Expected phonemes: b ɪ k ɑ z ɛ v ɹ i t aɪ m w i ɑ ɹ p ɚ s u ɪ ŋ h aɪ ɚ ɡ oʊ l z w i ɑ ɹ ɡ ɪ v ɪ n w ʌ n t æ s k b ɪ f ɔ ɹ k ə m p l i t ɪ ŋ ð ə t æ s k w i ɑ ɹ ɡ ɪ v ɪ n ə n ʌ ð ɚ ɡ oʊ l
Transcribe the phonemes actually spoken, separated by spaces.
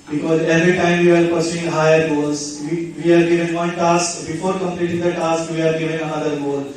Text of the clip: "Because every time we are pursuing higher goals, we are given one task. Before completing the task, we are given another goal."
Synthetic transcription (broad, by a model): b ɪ k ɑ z ɛ v ɹ i t aɪ m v i ɑ ɹ p ɚ s u ɪ ŋ h aɪ ɚ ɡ oʊ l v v i ɑ ɹ ɡ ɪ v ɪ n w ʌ n t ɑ s k b ɪ f ɔ ɹ k ə m p l i t ɪ ŋ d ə t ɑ s k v i ɑ ɹ ɡ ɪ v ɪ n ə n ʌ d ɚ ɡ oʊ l